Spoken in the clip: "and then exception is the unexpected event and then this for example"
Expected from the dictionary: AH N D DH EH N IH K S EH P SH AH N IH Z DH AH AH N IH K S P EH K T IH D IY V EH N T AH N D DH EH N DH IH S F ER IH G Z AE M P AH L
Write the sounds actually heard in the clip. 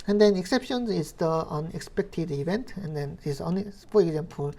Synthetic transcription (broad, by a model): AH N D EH N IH K S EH P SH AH N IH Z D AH AH N IH K S P EH K T IH D IY B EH N T AH N D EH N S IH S P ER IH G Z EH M P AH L